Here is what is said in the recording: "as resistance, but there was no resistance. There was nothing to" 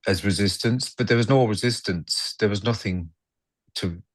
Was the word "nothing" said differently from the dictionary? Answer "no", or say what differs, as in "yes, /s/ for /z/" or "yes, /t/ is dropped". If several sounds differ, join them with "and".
no